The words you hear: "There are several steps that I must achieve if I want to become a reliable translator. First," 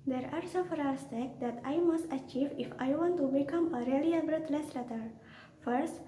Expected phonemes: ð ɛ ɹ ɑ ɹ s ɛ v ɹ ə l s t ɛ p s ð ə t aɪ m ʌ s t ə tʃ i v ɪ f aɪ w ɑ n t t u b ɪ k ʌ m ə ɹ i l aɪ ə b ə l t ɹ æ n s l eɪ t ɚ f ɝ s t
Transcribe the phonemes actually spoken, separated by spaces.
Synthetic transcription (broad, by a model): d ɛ ɹ ɑ ɹ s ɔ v ɹ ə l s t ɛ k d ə t aɪ m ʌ s t ə tʃ i v ɪ f aɪ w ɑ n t t u b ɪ k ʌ m ə ɹ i l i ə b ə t l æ s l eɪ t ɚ f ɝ s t